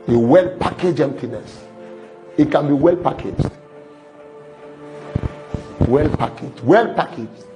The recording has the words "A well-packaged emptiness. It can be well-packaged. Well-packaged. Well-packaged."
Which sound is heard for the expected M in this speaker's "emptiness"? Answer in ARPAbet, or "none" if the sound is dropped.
M